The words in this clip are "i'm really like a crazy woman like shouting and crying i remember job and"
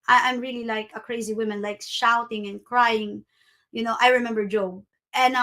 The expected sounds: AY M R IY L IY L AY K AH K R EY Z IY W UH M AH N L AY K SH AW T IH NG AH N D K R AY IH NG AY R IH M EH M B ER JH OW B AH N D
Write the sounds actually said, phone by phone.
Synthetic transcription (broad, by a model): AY M R IY L IY L AY K AH K R EY Z IY W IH M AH N L AY K SH AW T IH NG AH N K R AY IH NG AY R IH M EH M B ER JH OW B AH N